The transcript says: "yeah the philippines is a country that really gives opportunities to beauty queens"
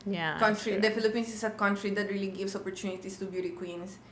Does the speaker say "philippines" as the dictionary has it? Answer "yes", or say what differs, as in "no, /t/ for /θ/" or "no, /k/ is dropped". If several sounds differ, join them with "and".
no, /s/ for /z/